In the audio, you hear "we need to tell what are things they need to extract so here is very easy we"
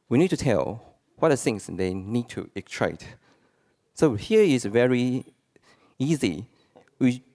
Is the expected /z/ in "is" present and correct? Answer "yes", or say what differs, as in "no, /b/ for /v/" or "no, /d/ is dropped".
no, /s/ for /z/